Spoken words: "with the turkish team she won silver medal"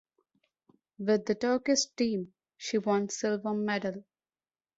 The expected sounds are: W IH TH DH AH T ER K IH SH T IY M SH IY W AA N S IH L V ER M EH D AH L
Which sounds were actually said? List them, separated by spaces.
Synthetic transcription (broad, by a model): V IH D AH T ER K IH S T IY M SH IY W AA N S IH L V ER M EH D AH L